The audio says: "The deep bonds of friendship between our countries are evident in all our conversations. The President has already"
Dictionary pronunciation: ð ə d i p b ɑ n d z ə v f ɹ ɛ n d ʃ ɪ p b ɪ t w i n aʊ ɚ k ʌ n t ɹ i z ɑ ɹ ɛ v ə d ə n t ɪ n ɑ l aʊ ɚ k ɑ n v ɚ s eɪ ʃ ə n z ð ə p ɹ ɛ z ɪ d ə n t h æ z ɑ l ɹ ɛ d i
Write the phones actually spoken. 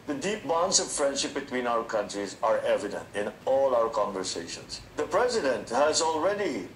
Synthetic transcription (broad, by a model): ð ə d i p b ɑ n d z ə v f ɹ ɛ n d ʃ ɪ p b ɪ t w i n aʊ ɚ k ʌ n t ɹ i z ɑ ɹ ɛ v ə d ə n t ɪ n ɑ l aʊ ɚ k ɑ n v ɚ s eɪ ʃ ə n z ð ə p ɹ ɛ z ɪ d ə n t h æ z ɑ l ɹ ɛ d i